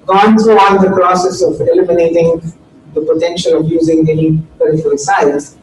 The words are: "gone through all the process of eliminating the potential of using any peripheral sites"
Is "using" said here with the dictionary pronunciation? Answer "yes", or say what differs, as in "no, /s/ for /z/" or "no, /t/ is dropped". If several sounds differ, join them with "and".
yes